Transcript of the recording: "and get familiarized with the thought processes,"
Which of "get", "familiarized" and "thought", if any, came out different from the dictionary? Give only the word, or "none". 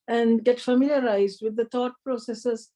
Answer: thought